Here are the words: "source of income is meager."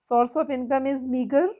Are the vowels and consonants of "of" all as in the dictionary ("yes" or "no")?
no